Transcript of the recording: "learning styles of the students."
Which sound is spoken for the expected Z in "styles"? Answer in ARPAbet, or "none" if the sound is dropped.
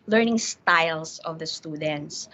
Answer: S